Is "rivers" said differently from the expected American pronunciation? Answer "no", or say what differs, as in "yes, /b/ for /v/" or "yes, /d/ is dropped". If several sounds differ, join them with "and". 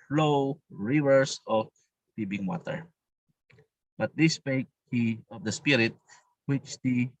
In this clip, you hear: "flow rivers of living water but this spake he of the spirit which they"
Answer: yes, /s/ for /z/